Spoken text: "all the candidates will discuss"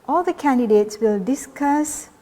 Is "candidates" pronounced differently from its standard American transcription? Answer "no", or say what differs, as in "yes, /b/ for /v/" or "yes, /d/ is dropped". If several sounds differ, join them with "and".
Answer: no